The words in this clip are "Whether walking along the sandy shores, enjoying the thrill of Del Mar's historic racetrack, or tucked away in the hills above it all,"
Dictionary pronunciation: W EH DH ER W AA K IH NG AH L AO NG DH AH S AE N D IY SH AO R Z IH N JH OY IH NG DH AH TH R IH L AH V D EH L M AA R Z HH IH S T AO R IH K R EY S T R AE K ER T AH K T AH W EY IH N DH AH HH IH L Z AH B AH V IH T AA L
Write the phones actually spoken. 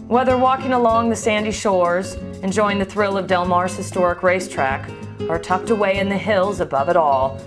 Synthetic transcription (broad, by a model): W EH DH ER W AA K IH NG AH L AO NG DH AH S AE N D IY SH AO R Z IH N JH OY IH NG DH AH TH R IH L AH V D EH L M AA R Z HH IH S T AO R IH K R EY S T R AE K ER T AH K T AH W EY IH N DH AH HH IH L Z AH B AH V IH T AA L